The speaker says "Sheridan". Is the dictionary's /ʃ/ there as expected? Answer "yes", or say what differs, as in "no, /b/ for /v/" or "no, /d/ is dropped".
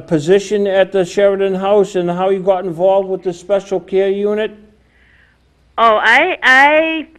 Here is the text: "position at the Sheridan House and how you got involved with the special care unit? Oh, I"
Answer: yes